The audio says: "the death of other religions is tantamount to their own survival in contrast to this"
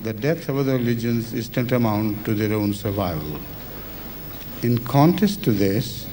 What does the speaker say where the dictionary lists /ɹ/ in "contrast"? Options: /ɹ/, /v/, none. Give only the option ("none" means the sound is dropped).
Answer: none